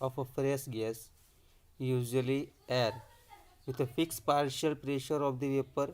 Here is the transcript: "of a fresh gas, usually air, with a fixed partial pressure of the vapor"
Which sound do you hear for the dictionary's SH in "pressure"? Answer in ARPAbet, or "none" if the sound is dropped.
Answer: SH